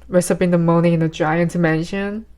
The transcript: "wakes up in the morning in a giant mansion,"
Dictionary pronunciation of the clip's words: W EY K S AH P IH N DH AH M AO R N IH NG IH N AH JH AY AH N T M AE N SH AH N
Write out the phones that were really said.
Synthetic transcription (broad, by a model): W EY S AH B IH N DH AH M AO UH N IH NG IH N AH JH AY AH N T M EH N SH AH N